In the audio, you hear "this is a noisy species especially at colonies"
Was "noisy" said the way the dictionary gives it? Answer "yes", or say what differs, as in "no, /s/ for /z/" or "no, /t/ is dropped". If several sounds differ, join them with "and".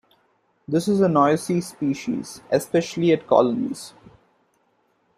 no, /s/ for /z/